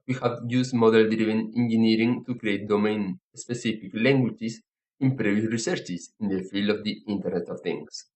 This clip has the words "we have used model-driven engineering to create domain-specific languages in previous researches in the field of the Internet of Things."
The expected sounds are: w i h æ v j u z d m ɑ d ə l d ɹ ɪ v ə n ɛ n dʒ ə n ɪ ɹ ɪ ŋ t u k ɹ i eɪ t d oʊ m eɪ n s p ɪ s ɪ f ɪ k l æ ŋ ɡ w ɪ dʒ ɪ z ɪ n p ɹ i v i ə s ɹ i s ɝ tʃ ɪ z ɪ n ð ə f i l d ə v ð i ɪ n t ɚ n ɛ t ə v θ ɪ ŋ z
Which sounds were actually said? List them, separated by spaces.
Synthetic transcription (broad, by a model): w i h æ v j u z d m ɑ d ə l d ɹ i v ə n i n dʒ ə n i ɹ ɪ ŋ t u k ɹ i eɪ t d oʊ m eɪ n s p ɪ s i f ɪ k l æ ŋ ɡ w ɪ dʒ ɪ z ɪ n p ɹ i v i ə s ɹ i s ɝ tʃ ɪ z ɪ n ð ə f i l d ə v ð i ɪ n t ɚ n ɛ t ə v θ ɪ ŋ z